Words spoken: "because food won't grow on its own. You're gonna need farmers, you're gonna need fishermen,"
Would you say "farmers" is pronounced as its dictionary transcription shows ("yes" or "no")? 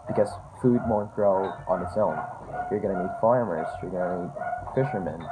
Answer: yes